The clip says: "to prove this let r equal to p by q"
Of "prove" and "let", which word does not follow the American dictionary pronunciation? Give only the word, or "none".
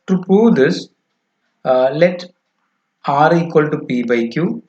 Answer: prove